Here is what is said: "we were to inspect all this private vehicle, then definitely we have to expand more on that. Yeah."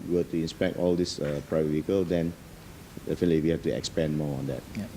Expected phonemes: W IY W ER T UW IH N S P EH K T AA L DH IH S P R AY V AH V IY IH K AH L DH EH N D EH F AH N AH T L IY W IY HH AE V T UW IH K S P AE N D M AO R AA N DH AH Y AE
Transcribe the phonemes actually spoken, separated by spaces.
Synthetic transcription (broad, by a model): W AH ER T UW IH N S P EH K T AA L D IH S P R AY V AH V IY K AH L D EH N D EH F AH N AH T L IY W IY HH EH F T UW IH K S P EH N M AO AA N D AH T